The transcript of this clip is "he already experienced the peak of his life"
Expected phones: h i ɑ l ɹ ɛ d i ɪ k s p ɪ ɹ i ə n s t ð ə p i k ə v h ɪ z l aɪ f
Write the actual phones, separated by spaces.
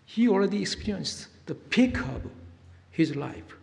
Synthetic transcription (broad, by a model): h i ɑ l ɹ ɛ d i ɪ k s p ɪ ɹ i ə n s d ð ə p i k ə b h ɪ z l aɪ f